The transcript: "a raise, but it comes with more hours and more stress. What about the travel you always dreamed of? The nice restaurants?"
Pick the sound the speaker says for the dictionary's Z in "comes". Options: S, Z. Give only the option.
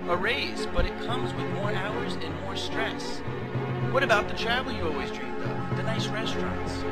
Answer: Z